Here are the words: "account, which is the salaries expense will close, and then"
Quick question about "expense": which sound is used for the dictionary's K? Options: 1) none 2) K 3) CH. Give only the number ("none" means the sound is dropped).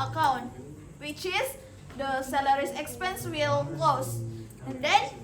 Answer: 2